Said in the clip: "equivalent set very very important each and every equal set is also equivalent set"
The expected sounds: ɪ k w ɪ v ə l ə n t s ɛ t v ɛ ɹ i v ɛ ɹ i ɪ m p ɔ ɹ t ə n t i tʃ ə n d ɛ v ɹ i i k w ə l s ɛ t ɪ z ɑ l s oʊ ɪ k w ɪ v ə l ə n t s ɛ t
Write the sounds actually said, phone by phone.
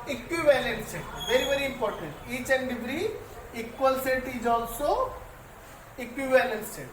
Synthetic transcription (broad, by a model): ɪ k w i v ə l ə n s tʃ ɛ v ɛ ɹ i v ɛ ɹ i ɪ m p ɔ ɹ t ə n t i tʃ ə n d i b ɹ i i k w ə l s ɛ t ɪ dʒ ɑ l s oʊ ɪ k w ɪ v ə l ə n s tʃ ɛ